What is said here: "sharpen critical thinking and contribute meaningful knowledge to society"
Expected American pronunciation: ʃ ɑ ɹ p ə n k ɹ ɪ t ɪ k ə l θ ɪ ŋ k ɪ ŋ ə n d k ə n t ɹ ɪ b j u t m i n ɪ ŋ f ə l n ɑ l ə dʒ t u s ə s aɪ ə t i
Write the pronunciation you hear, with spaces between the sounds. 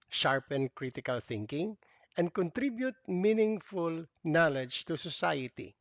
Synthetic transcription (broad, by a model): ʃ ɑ ɹ p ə n k ɹ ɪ t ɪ k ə l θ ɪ ŋ k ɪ ŋ ə n d k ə n t ɹ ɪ b j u t m i n ɪ ŋ f ə l n ɑ l ə dʒ t u s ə s aɪ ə t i